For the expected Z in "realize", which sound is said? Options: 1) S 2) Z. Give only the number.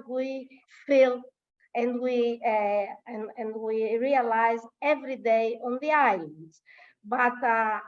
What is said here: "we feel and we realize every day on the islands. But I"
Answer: 2